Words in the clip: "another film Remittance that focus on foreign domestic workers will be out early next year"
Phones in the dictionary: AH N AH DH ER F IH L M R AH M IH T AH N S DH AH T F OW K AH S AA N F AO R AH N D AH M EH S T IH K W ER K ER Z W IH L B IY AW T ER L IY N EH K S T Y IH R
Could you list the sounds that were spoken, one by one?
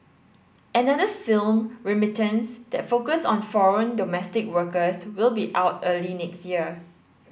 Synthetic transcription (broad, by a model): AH N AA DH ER F IH L M R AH M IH T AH N S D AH T F OW K AH S AA N F AO R AH N D AH M EH S T IH K W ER K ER S W IH L B IY AW T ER L IY N EH K S T Y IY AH